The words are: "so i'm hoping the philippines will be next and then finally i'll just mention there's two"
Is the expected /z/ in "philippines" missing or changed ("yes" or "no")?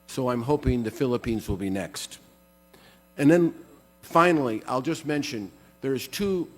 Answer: no